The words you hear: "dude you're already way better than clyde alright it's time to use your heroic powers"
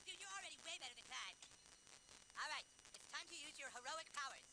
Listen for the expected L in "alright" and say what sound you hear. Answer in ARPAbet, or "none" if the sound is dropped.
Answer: L